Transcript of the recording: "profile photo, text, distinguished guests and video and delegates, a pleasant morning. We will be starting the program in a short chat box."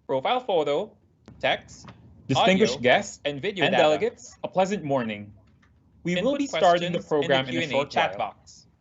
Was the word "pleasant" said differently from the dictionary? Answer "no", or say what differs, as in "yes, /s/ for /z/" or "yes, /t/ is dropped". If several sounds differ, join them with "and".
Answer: no